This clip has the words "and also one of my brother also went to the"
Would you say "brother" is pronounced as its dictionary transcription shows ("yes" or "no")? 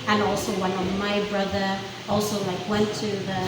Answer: yes